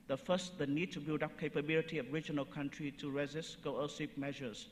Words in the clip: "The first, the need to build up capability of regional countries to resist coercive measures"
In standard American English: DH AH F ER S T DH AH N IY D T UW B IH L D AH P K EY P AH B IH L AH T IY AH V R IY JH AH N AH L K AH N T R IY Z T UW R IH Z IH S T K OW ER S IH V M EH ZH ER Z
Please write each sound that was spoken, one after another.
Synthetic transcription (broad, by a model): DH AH F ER S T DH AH N IY D T UW B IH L D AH P K EY P AH B IH L AH T IY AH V R IY JH AH N AH L K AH N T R IY T UW R IH Z IH S T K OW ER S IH P M EH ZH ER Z